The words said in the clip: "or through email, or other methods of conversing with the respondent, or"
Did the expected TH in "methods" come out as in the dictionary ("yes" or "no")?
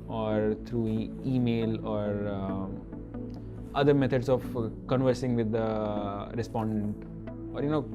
no